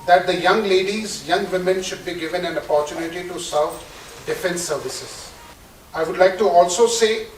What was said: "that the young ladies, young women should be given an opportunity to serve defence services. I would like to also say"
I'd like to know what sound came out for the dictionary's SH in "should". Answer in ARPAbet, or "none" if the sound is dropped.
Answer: SH